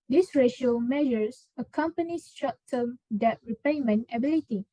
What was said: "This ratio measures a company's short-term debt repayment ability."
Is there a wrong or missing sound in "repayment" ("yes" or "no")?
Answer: yes